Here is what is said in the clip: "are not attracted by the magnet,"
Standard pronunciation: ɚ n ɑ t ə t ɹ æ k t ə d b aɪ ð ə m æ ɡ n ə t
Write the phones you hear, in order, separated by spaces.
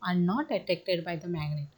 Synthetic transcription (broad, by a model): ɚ n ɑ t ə t ɛ k t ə d b aɪ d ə m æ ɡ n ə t